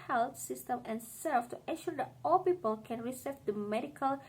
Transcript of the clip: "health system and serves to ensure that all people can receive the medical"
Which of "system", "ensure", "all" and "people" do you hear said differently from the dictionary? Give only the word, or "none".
ensure